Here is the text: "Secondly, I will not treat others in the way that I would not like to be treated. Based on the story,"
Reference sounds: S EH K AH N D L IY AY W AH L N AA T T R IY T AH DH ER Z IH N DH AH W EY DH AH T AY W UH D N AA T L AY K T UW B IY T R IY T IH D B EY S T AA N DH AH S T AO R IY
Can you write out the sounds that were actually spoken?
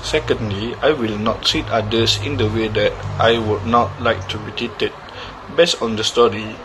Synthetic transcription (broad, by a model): S EH K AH N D L IY AY W AH L N AA T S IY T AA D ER S IH N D AH W EY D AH T AY W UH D N AA T L AY K T UW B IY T IY T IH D B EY S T AA N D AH S T AO R IY